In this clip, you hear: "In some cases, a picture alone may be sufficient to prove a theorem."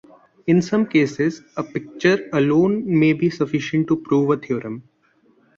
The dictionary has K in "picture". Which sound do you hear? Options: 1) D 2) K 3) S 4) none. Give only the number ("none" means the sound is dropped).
2